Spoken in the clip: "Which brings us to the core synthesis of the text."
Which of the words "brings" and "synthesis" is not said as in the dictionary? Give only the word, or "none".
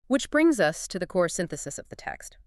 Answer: none